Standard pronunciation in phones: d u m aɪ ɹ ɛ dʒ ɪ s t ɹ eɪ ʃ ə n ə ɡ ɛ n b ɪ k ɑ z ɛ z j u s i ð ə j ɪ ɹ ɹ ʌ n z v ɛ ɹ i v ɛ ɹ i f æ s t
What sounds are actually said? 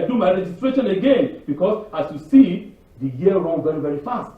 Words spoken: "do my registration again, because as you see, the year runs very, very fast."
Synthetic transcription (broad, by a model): d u m aɪ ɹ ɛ dʒ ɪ s t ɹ eɪ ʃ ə n ə ɡ ɛ n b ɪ k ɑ s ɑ s j u s i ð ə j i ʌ ɹ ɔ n v ɛ ɹ i v ɛ ɹ i f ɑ s t